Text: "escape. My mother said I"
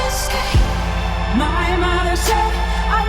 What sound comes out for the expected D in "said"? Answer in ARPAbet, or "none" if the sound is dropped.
none